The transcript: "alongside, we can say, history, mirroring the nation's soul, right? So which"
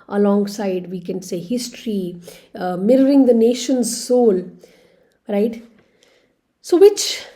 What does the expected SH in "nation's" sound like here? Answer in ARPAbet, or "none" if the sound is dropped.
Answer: SH